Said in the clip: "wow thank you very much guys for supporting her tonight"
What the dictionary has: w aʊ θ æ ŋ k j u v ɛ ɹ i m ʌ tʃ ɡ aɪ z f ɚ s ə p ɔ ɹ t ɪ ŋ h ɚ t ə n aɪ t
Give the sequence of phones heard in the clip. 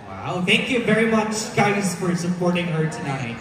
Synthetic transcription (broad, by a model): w aʊ θ æ ŋ k j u v ɛ ɹ i m ʌ tʃ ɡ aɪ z f ɚ s ə p ɔ ɹ t ɪ ŋ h ɚ t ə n aɪ t